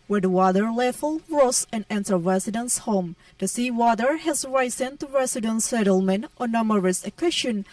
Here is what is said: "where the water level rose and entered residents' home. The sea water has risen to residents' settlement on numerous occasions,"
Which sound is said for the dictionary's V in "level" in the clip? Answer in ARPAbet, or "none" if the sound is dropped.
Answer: F